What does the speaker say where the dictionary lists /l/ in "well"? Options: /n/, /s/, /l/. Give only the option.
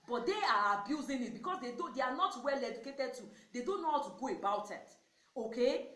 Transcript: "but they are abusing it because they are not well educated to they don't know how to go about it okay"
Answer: /l/